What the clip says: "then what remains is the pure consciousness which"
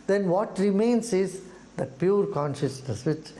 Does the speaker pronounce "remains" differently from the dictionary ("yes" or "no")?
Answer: yes